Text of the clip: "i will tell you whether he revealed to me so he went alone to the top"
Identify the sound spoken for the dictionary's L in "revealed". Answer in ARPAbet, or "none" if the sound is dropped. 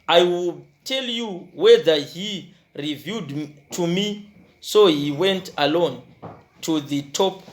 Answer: none